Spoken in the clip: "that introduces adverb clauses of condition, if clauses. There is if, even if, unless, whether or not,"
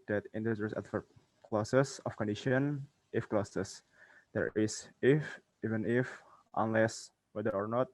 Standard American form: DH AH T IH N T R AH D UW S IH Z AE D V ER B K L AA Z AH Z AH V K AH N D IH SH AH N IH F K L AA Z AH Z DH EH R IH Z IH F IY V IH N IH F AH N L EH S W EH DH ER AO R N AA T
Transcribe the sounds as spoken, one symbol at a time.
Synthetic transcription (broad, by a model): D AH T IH N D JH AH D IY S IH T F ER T K L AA S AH S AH F K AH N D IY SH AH N IH F K L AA S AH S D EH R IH S IH F IY V IH N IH F AH N L EH S W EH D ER AO R N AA T